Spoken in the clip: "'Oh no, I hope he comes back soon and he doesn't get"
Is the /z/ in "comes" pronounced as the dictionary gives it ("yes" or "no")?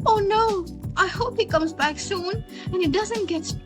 yes